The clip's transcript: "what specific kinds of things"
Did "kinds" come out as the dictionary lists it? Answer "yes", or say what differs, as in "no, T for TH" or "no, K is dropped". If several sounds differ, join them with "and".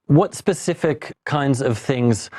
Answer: yes